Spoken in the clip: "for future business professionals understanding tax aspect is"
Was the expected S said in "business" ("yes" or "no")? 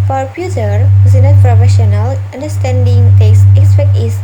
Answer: no